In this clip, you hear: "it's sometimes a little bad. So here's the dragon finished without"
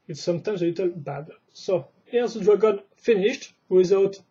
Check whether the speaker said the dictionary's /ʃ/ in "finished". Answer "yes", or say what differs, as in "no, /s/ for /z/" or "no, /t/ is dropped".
yes